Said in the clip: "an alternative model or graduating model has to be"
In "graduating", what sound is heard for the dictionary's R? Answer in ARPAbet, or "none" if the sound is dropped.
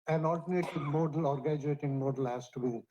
none